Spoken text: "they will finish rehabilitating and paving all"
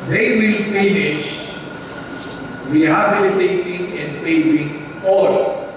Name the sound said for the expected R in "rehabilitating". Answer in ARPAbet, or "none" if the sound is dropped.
W